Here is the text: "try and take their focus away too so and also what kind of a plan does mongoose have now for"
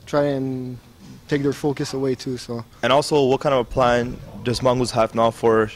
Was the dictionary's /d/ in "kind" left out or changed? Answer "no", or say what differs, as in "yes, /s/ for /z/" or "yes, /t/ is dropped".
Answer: yes, /d/ is dropped